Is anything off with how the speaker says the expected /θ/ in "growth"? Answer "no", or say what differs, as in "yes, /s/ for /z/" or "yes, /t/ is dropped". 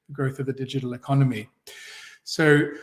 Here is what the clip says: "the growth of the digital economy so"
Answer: no